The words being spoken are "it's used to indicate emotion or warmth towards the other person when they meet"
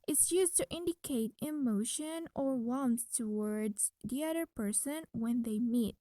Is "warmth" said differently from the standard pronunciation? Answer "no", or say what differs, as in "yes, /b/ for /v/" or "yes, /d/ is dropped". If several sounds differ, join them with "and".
yes, /s/ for /θ/